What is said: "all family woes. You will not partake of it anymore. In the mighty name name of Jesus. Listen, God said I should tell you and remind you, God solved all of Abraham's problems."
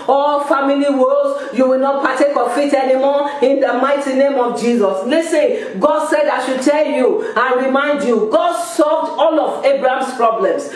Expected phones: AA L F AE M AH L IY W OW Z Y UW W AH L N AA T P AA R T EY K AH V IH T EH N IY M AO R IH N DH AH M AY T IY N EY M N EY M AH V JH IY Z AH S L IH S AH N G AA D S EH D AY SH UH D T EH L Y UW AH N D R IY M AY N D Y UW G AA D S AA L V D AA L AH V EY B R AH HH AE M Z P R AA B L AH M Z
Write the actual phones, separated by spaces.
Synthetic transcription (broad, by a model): AA L F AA M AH L IY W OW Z Y UW W AH L N AA T P AA T EY K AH F IH T EH N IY M AO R IH N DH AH M AY T IY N N EY M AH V JH IY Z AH S L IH S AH N G AA D S EH D AY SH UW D T EH L Y UW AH N R IY M AY N D Y UW G AA D S AA L V D AA L AH V EY B R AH HH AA M S P R AA B L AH M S